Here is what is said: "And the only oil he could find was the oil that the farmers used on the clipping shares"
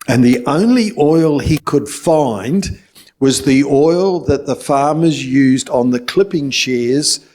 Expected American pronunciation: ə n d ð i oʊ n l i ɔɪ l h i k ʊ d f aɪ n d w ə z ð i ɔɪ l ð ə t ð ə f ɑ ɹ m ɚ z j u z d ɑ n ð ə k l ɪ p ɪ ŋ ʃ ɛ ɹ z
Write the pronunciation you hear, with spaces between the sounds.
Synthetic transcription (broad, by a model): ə n ð i oʊ n l i ɔɪ l i k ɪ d f aɪ n d w ə z ð i ɔɪ l ð ə t ð ə f ɑ ɹ m ɚ z j u z d n ð ə k l ɪ p ɪ ŋ ʃ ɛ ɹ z